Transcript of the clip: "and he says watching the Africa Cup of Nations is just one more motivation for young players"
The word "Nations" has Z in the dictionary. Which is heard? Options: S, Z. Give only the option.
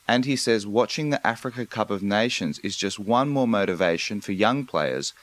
Z